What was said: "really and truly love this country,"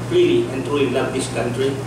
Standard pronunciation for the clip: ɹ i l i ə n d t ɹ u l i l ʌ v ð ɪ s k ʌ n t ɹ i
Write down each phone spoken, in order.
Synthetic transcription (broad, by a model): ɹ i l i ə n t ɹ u i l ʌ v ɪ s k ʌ n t ɹ i